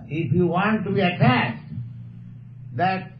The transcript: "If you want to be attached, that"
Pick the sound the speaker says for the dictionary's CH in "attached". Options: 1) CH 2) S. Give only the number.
2